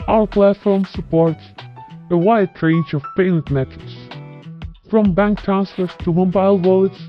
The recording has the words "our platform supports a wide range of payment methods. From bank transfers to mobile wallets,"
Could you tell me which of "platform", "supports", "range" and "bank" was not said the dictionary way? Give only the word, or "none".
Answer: none